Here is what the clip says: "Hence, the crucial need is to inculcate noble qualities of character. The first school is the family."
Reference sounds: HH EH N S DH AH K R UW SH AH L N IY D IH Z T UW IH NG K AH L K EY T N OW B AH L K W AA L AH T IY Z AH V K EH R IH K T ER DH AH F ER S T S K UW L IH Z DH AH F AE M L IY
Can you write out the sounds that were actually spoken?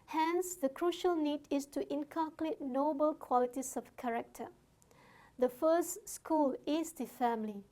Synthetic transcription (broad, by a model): HH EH N S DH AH K R UW SH AH L N IY D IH S T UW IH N K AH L K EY T N OW B AH L K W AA L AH T IY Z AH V K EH R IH K T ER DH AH F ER S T S K UW L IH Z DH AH F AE M L IY